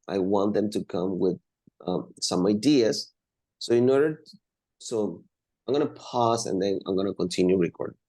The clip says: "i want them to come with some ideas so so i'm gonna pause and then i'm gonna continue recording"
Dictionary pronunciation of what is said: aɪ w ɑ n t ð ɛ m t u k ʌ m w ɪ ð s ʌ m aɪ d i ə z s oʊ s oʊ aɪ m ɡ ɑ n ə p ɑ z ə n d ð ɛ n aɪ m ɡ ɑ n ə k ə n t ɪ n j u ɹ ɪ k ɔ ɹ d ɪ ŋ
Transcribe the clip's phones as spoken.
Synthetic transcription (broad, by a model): aɪ w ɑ n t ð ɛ m t u k ʌ m w ɪ ð s ʌ m aɪ d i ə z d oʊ s oʊ aɪ m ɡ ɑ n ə p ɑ s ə n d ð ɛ n aɪ m ɡ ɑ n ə k ə n t ɪ n j u ɹ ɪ k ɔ ɹ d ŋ